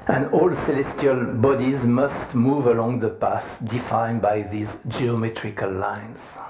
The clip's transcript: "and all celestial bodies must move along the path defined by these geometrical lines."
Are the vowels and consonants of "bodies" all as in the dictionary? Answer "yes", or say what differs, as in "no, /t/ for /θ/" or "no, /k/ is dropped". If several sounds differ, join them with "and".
yes